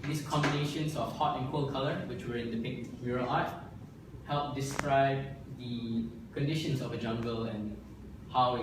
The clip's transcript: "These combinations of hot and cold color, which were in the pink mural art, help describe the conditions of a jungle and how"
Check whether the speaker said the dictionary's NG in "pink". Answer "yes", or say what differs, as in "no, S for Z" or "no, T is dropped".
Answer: no, NG is dropped